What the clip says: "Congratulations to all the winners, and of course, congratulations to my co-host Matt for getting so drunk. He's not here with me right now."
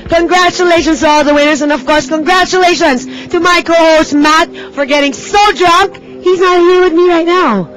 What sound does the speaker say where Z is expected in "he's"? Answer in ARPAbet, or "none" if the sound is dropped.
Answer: Z